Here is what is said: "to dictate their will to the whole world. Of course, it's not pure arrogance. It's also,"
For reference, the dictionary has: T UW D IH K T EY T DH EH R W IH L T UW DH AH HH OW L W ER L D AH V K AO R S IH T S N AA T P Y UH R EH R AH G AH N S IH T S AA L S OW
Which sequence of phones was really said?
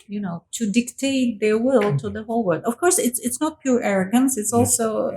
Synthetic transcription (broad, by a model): T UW D IH K T EY T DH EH R W IH L T UW DH AH HH OW L W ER D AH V K AO R S IH T S N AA T P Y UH R EH R AH G AH N S IH T S AA L S OW